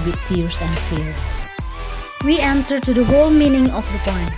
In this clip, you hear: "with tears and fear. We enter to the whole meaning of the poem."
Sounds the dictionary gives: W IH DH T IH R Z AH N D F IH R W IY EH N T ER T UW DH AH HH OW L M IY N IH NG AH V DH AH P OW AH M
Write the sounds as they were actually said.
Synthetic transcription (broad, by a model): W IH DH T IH R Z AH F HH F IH R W IY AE N S ER T UW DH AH HH OW L M IY N IH NG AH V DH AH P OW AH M